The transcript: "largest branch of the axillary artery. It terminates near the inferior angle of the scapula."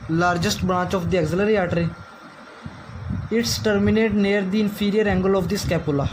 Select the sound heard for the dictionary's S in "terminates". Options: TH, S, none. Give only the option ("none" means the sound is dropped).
none